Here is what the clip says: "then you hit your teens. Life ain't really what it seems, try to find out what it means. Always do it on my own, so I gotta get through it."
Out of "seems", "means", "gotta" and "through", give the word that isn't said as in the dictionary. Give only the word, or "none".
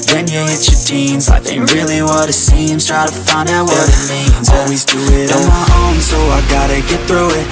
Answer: seems